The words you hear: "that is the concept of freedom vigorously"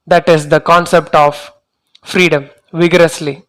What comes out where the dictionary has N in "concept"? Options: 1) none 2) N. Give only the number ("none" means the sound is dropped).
2